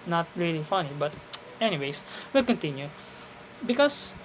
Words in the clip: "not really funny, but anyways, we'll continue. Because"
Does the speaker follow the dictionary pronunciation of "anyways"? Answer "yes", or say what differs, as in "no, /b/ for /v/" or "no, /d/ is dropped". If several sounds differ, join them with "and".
no, /s/ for /z/